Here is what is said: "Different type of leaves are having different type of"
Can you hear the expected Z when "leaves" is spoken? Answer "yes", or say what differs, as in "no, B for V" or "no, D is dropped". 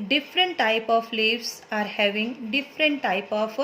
no, S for Z